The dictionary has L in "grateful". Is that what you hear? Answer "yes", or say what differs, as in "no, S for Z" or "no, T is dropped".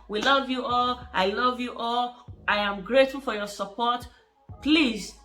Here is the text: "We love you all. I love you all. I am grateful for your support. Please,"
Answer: yes